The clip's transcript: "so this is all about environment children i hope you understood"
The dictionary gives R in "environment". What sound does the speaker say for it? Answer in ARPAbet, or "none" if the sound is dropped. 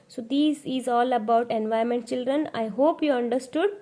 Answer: none